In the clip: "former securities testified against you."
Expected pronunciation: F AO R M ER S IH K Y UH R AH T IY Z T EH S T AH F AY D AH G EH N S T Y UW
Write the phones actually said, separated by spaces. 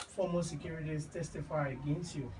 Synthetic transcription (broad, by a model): F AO M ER S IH K Y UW R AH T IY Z T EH S T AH F AY AH G EH N S T Y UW